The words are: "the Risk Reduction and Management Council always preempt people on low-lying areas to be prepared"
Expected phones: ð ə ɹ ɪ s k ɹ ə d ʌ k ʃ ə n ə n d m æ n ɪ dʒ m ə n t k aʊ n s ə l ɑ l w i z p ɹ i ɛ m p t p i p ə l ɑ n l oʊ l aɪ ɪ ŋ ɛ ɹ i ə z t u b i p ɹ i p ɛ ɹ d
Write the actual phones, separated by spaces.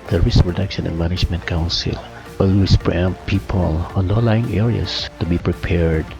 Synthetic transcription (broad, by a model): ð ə ɹ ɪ s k ɹ ə d ʌ k ʃ ə n ə n d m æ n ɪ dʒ m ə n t k aʊ n s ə l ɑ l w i s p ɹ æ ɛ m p p i p ə l ɑ n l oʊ l aɪ ɪ ŋ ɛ ɹ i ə s t u b i p ɹ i p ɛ ɹ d